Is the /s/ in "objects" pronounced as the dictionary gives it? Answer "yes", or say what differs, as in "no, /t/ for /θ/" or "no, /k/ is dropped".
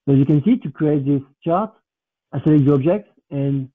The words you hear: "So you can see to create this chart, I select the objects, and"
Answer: no, /s/ is dropped